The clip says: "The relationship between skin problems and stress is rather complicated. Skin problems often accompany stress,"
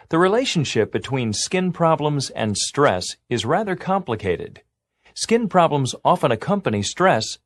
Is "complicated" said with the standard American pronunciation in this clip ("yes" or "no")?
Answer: yes